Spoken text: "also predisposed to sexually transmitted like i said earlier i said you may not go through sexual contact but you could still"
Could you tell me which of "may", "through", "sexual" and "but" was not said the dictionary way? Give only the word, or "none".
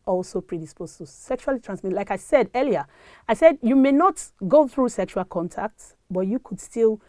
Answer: none